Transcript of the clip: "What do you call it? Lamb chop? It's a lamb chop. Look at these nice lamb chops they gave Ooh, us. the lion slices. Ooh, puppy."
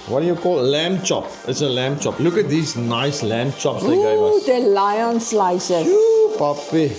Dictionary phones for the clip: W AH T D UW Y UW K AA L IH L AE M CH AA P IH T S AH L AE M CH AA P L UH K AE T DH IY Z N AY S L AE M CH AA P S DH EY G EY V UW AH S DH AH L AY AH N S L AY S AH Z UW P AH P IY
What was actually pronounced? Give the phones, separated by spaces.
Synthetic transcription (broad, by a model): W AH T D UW Y UW K AA L L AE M CH AA P IH T S AH L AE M CH AA P L UH K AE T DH IY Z N AY S L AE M CH AA P S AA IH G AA IH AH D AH L AY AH N S L AY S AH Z UW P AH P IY